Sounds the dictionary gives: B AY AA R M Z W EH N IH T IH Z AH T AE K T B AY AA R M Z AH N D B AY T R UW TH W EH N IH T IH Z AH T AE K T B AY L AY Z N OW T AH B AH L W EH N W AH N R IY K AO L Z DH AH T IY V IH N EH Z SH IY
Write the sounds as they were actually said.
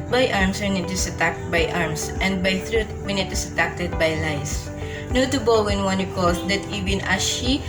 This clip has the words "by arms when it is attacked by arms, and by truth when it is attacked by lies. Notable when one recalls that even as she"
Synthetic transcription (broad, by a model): B AY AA R M S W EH N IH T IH S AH T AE K T B AY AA R M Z AH N D B AY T R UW T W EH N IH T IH S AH T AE K T B AY L AY S N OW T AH B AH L W EH N W AH N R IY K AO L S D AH T IY V IH N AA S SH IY